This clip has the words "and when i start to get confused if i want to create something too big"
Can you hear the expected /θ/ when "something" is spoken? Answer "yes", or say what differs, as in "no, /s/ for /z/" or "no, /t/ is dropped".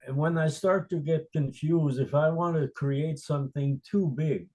yes